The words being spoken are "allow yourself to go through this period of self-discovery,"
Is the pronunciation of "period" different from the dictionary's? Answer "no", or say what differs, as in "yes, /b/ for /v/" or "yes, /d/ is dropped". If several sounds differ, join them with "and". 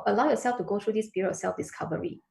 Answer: yes, /b/ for /p/